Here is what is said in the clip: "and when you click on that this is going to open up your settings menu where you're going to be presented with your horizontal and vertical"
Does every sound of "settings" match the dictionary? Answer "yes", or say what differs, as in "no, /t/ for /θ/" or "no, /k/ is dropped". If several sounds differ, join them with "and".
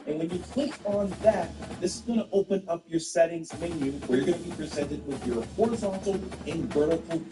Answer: yes